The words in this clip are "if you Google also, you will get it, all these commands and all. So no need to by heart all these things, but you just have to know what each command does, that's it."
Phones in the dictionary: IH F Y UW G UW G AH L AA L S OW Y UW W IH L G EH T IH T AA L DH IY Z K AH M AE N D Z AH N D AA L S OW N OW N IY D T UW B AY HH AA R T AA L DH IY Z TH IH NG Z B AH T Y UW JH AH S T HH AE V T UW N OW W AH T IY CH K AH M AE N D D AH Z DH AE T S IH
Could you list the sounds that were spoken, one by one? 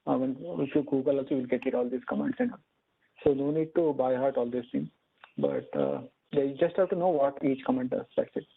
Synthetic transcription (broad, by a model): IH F Y UW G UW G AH L AA L S OW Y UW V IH L G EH T IH T AA L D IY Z K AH M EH N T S AH N D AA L S OW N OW N IY D T UW B AY HH AA R T AA L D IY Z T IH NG B AH T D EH JH AH S T HH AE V T UW N OW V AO T IY CH K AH M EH N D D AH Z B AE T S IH